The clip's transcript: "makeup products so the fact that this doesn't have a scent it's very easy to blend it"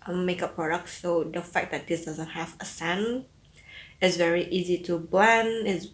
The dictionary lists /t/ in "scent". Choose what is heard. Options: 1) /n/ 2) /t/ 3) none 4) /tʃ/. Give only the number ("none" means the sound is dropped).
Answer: 3